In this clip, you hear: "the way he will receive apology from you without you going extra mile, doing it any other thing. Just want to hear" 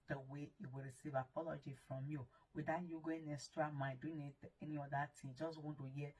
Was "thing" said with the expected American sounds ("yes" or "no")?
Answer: no